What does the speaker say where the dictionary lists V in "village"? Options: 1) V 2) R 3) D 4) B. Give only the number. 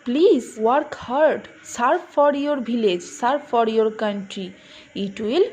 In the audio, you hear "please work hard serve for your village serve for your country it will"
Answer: 4